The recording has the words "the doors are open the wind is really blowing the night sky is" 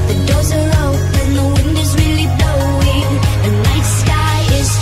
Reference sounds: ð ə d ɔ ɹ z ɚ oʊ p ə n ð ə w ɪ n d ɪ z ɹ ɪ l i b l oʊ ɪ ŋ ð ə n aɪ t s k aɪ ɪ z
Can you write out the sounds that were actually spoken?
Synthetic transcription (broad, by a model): ð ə d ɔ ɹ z ɚ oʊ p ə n ð ə w ɪ n d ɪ z ɹ ɪ l i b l oʊ ɪ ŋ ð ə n aɪ t s k aɪ ɪ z